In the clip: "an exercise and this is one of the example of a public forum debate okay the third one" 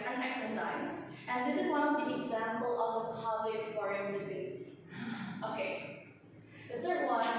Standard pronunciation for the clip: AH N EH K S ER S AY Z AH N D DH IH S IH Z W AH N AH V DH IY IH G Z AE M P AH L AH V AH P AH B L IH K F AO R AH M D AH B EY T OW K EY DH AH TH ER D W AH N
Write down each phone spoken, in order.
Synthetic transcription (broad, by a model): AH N EH K S ER S AY Z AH N DH IH S IH Z W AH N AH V DH IY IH G Z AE M P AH L AH V AH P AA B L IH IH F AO R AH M D AH B EY T OW K EY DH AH S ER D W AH